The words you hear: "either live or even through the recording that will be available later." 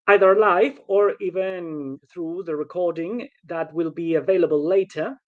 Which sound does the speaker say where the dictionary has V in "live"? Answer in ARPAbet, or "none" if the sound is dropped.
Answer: F